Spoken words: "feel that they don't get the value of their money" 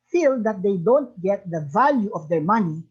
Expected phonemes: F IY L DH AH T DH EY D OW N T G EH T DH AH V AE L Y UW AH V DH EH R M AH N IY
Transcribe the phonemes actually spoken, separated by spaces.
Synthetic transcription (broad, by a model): F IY L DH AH T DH EY D OW N T G EH T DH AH V AE L Y UW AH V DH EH R M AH N IY